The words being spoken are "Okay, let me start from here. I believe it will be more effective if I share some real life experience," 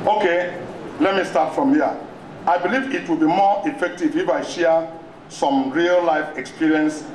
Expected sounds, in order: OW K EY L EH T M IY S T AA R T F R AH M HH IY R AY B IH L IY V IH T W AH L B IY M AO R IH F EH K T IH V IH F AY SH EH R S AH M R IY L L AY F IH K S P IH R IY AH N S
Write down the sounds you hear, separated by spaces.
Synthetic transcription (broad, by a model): OW K EY L EH T M IY S T AA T F R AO M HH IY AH AY B IH L IY V IH T W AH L B IY M AO IH F EH K T IH V IH F AY SH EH S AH M R IY L L AY F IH K S P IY R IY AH N S